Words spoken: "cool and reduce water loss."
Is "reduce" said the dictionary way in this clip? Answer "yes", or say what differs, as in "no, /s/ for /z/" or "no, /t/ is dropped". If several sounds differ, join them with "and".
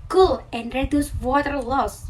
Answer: yes